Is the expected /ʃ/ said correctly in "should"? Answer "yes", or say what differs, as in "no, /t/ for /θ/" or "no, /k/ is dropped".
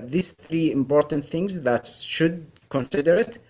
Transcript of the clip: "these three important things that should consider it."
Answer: yes